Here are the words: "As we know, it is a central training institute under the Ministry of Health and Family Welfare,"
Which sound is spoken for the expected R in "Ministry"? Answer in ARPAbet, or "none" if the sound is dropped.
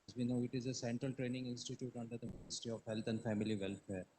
none